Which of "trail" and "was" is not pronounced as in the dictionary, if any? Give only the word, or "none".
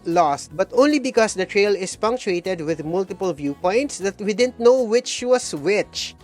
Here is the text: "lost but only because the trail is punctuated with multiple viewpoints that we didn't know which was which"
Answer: was